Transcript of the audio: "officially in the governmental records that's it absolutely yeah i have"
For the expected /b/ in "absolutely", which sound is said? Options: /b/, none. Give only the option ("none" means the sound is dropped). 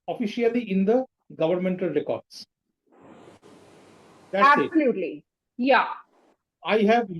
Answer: none